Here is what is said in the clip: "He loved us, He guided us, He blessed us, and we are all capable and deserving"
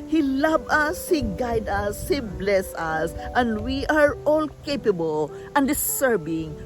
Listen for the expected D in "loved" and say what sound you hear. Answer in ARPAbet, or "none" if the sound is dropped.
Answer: none